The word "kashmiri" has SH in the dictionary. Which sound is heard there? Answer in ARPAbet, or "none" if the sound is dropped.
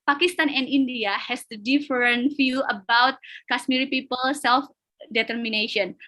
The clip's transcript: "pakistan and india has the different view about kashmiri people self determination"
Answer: S